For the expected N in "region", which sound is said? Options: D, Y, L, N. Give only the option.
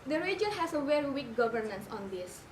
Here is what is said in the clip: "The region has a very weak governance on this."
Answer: L